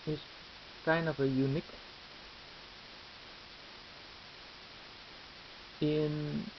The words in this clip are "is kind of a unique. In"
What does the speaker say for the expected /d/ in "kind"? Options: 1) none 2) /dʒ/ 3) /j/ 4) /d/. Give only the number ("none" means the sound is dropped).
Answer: 1